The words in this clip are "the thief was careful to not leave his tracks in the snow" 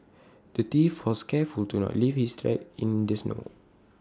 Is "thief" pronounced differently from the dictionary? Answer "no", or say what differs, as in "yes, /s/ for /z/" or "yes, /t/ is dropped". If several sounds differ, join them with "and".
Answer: yes, /t/ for /θ/